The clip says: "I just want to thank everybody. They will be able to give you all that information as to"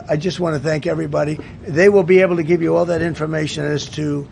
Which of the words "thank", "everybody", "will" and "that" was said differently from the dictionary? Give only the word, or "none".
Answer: none